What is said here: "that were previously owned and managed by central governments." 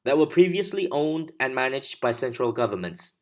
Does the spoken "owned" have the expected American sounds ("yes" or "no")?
yes